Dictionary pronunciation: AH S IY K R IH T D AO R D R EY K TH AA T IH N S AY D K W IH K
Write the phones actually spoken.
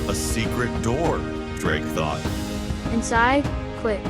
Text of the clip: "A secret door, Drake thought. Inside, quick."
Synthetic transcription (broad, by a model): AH S IY K R IH T D AO R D R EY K TH AA T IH N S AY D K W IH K